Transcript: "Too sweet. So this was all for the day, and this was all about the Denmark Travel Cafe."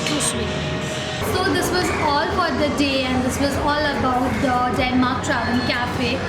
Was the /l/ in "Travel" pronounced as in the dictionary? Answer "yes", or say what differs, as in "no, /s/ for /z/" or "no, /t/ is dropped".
no, /n/ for /l/